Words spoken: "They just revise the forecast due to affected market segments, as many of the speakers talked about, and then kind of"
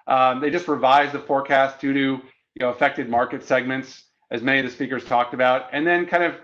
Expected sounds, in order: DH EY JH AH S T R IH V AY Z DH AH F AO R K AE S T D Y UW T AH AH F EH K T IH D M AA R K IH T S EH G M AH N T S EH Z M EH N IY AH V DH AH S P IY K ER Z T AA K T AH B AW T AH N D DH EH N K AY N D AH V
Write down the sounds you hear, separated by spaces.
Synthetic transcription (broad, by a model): DH EY JH AH S T R IH V AY Z DH AH F AO R K AE S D D Y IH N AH AH F EH K T IH D M AA R K IH T S EH G M AH N T S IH Z M EH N IY AH V DH AH S P IY K ER Z T AA K T AH B AW T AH N DH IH N K AY N D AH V